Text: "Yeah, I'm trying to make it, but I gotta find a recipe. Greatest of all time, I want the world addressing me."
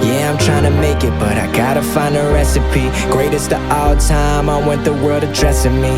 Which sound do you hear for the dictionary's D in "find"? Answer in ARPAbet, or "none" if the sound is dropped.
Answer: none